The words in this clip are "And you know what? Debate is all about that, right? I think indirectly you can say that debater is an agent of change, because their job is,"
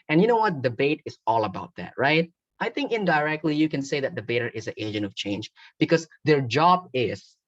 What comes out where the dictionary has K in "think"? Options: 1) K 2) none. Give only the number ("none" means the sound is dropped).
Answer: 1